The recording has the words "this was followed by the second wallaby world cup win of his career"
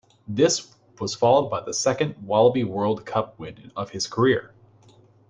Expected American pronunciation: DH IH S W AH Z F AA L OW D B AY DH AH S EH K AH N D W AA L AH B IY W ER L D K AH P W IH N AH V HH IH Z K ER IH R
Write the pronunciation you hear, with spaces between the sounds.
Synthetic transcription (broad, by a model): DH IH S W AH Z F AA L OW D B AY DH AH S EH K AH N D W AA L AH B IY W ER L D K AH P W IH N AH V IH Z K ER IH R